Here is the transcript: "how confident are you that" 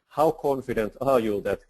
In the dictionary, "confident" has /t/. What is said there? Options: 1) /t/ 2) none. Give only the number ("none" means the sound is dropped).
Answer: 1